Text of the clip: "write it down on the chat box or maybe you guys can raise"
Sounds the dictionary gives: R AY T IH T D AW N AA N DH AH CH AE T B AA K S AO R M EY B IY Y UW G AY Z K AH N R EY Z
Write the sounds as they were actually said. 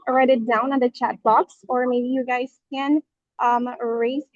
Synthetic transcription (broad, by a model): R AY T IH T D AW N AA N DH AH CH AE T B AA K S AO R M EY B IY Y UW G AY Z K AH N R EY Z